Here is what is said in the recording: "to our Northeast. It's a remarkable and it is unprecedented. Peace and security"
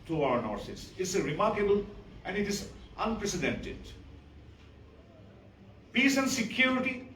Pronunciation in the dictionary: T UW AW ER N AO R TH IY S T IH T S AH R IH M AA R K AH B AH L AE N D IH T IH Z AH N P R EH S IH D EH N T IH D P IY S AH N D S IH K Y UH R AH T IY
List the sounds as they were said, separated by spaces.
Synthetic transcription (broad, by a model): T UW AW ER N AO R S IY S IH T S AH R IH M AA R K AH B AH L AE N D IH T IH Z AH N P R EH S IH D EH N T IH D P IY S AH N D S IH K Y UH R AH T IY